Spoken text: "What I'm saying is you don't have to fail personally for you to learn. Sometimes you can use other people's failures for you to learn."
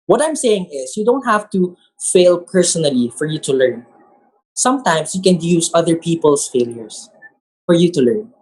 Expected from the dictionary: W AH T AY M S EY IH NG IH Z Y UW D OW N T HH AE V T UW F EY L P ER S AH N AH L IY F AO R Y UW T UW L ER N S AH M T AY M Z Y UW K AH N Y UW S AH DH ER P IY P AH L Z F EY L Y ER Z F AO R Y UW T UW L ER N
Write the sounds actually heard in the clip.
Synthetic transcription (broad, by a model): W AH T AY M S EY IH NG IH S Y UW D OW N T HH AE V T UW F EY L P ER S AH N AH L IY F AO R Y UW T UW L ER N S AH M T AY M S Y UW K AH N Y UW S AH DH ER P IY P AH L S F EY L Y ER S F AO R Y UW T UW L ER N